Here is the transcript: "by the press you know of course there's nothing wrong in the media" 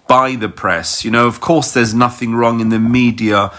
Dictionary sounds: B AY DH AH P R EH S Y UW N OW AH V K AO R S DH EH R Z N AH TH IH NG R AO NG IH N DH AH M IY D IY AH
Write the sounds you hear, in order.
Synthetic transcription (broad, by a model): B AY DH AH P R EH S Y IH N OW AH V K AO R S DH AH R Z N AH TH IH NG R AO NG IH N DH AH M IY D IY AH